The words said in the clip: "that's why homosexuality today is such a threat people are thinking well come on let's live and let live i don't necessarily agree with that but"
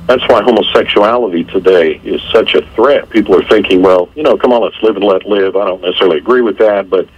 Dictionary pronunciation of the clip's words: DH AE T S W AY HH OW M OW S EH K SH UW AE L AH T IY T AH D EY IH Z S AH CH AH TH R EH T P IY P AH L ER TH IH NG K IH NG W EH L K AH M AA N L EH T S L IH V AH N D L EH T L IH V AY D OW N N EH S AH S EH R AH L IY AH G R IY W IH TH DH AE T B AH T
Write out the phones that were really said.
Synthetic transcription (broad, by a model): DH AE T S W AY HH OW M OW S EH K SH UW AE L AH T IY T AH D EY IH Z S AH CH AH TH R EH T P IY P L ER TH IH NG K IH NG W EH L K AH M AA N L EH T S L IH V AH N L EH T L IH V AY D OW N N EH S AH S EH R L IY AH G R IY W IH DH AE T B AH T